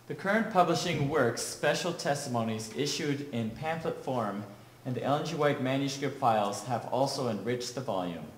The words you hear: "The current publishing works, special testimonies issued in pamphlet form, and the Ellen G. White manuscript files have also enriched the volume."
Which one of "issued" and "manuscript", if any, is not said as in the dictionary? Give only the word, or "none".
none